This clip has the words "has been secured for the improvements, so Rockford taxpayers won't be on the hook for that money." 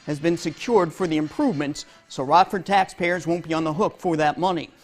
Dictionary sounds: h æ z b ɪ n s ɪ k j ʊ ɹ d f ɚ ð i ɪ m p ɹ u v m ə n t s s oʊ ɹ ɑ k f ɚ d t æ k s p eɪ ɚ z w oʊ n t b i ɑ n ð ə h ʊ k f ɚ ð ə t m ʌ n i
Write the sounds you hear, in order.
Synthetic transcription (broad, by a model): h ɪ z b ɪ n s ɪ k j ʊ ɹ d f ɚ ð i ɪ m p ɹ u v m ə n t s s oʊ ɹ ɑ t f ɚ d t æ k s p eɪ ɚ z w oʊ n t b i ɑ n ð ə h ʊ k f ɚ ð ə t m ʌ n i